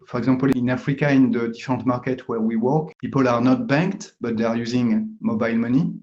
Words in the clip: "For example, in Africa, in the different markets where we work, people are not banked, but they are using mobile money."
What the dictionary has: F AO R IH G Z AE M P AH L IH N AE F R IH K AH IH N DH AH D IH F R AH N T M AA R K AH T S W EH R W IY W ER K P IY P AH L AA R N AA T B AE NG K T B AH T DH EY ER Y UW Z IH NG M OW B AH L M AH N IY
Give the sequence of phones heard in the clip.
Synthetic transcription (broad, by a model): F AO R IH G Z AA P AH L IH N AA F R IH K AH IH N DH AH D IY F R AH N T M AA R K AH T W EH R W IY W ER K P IY P AH L AA R N AA T B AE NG K T B AH T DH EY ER Y UW Z IH NG M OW B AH L M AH N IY